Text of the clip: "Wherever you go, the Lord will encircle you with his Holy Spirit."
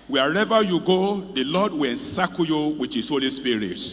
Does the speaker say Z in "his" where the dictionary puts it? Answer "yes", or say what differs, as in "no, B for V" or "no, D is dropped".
no, S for Z